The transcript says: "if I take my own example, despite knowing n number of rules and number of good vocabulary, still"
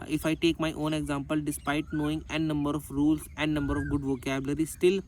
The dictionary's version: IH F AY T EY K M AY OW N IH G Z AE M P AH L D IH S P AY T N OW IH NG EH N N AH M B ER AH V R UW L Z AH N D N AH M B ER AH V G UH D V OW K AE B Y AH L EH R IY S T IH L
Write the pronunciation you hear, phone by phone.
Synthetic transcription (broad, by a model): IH F AY T EY K M AY OW N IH G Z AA M P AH L D IH S P AY T N OW IH NG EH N N AH M B ER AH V R UW L S AH N D N AH M B ER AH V G UH D V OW K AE B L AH R IY S T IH L